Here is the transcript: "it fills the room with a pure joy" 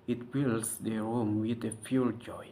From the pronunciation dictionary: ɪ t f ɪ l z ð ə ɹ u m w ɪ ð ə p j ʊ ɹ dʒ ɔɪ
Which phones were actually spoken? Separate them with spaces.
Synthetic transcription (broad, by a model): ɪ t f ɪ l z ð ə ɹ u m w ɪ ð ə f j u l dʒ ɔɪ